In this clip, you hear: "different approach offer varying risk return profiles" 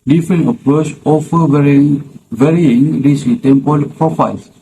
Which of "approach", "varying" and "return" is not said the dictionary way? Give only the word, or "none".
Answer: return